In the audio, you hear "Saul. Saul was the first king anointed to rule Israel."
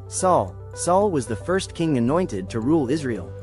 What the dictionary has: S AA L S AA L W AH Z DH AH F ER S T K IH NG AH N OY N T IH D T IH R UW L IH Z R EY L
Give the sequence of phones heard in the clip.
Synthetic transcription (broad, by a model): S AA L S AA L W AH Z DH AH F ER S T K IH NG AH N OY N T IH D T IH R UW L IH Z R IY L